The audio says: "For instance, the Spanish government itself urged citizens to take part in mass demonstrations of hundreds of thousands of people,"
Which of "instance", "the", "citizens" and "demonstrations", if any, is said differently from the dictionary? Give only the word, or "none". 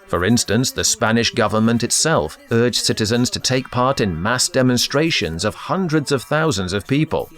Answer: none